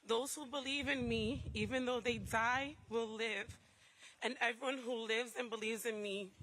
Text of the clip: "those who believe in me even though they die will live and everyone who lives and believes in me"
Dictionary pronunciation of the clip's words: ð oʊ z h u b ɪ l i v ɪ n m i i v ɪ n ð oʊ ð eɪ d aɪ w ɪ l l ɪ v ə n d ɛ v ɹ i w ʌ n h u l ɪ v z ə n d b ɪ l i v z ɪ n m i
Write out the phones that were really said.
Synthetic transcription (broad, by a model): ð oʊ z h u b ɪ l i v ɪ n m i i v ɪ n ð oʊ ð eɪ d aɪ w ɪ l l ɪ v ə n ɛ v ɹ i w ʌ n h u l ɪ v z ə n b ɪ l i v z ɪ n m i